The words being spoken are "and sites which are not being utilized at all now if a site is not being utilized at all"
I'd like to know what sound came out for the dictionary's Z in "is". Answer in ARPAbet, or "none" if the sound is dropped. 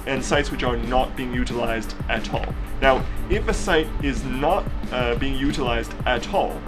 Z